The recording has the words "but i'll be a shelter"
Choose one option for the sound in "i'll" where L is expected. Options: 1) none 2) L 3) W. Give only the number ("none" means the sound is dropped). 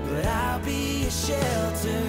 2